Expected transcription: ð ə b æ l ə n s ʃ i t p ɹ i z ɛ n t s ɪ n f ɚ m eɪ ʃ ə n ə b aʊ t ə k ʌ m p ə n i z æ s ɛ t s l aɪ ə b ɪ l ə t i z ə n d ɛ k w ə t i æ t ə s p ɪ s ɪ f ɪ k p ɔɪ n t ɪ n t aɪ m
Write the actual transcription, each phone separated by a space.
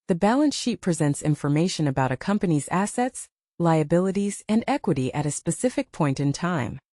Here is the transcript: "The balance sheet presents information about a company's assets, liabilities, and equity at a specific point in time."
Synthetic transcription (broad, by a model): ð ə b æ l ə n s ʃ i t p ɹ i z ɛ n t s ɪ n f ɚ m eɪ ʃ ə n ə b aʊ t ə k ʌ m p ə n i z æ s ɛ t s l aɪ ə b ɪ l ə t i z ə n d ɛ k w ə t i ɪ t ə s p ɪ s ɪ f ɪ k p ɔɪ n t ɪ n t aɪ m